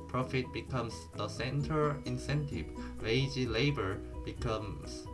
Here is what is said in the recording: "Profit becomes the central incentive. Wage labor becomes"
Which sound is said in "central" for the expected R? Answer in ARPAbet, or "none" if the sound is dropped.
none